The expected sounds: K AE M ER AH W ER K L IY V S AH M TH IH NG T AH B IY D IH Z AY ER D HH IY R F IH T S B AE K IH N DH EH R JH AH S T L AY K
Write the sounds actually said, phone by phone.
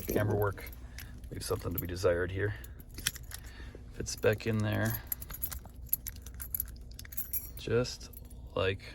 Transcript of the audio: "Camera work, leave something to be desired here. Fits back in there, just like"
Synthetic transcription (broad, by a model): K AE M ER W ER K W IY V S AH M TH IH NG T AH B IY D IH Z AY ER D HH IY R F IH T S B AE K IH N DH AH R JH AH S T L AY K